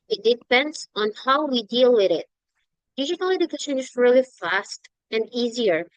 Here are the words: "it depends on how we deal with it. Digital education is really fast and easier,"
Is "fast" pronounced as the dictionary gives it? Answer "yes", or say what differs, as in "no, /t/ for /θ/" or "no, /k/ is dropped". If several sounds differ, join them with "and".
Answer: yes